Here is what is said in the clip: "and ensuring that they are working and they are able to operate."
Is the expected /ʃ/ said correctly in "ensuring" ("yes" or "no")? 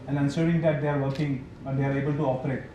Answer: no